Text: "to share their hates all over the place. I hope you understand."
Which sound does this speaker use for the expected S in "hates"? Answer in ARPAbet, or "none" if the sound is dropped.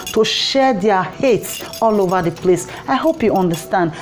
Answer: S